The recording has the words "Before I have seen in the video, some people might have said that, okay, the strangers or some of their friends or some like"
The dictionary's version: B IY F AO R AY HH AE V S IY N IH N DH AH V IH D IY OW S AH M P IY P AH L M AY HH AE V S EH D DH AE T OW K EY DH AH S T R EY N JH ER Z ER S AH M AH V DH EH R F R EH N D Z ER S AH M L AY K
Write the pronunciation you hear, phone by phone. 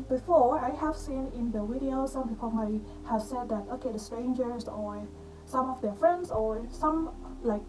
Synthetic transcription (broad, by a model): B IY F AO R AY HH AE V S IY N IH N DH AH W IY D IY OW S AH M P IY P AH L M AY HH AE V S EH D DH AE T OW K EY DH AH S T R EY N JH ER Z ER S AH M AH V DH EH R F R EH N D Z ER S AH M L AY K